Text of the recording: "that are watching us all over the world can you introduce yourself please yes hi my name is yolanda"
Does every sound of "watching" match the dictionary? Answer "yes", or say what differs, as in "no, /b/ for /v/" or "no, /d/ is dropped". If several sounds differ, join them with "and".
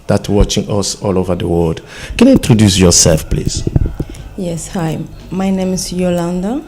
yes